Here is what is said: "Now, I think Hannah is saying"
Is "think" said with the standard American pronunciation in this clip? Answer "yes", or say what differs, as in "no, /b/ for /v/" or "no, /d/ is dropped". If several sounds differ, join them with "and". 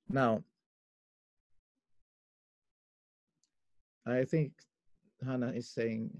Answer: yes